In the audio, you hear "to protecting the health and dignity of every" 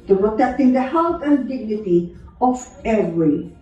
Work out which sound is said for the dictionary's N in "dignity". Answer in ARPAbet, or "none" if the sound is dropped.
N